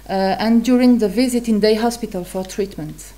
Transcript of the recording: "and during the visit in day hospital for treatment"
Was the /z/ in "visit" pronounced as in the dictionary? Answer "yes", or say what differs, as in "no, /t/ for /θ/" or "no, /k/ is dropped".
yes